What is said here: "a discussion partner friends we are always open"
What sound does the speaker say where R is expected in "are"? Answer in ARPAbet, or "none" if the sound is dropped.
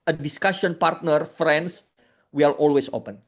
L